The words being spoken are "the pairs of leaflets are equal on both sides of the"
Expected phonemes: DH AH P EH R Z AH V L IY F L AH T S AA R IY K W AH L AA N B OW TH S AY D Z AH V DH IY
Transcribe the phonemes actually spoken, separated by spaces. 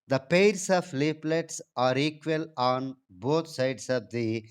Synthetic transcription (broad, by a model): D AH P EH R S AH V L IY P L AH T S AA R IY K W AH L AA N B OW T S AY D S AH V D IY